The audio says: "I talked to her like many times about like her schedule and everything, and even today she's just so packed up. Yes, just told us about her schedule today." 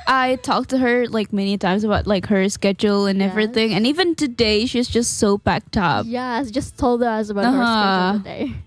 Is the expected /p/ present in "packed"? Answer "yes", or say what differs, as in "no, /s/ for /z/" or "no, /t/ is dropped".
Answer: no, /b/ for /p/